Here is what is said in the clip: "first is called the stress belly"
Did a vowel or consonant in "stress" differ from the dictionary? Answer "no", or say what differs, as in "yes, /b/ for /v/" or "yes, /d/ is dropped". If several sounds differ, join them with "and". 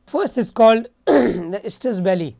yes, /ɹ/ is dropped